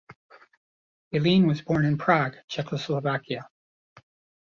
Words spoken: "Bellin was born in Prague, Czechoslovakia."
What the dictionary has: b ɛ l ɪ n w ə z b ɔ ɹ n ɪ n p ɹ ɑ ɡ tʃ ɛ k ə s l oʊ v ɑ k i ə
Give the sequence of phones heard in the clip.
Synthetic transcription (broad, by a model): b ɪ l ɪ n w ə z b ɔ ɹ n ɪ n p ɹ ɑ ɡ tʃ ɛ k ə s l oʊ v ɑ k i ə